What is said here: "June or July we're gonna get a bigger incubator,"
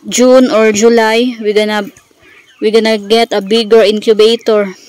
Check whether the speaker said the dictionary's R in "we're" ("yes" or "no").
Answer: no